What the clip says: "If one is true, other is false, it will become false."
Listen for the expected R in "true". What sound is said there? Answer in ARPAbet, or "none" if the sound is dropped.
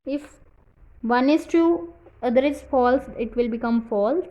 none